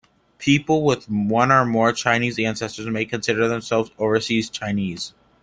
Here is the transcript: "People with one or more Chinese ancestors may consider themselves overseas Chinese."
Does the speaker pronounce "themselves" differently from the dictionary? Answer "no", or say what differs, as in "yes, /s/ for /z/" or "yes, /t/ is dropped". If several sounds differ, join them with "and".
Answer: no